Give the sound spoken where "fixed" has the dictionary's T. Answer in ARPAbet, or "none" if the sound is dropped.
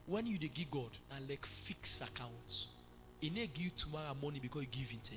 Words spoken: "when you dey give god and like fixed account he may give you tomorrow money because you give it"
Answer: none